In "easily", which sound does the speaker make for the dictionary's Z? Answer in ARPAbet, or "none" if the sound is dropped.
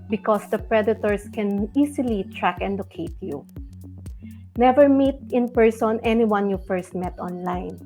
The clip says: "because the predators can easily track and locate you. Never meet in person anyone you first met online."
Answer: S